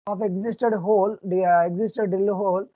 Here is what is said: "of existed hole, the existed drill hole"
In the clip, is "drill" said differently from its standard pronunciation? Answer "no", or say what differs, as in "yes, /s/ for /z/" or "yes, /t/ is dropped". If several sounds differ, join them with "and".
yes, /ɹ/ is dropped